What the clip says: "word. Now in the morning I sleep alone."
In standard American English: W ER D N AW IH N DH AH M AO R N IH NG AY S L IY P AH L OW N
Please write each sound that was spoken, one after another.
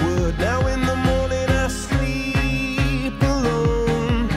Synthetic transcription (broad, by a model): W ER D N AW IH N DH AH M AO R N IH NG AY S L IY P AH L OW N